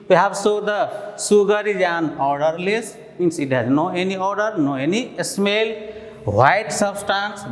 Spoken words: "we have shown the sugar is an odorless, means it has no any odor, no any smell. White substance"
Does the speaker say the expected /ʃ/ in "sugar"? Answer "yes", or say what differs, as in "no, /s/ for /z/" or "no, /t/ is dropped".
no, /s/ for /ʃ/